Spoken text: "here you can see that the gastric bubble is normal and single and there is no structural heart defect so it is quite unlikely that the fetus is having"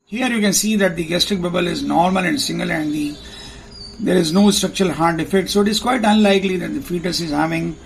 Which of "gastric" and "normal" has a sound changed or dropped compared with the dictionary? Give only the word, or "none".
none